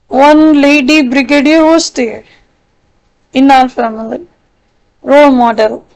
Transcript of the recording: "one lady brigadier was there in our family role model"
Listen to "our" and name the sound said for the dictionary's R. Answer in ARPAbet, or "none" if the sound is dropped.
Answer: L